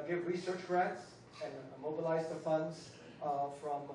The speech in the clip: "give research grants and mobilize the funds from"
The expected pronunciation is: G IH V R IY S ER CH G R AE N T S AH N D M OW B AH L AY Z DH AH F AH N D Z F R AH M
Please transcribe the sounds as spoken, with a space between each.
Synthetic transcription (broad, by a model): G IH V R IY S ER CH R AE T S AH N M OW B AH L AY Z DH AH F AH N D Z F R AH M